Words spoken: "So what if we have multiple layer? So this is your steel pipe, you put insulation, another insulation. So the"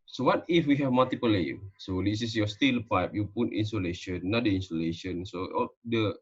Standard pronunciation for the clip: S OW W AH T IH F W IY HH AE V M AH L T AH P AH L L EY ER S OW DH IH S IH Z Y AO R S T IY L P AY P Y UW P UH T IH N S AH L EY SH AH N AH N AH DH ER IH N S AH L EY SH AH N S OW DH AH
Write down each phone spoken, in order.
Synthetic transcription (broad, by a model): S OW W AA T IH F W IY HH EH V M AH L T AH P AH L L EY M S OW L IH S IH S Y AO S T IY L P AY P Y UW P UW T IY N S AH L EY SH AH N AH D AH IY N S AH L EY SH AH N S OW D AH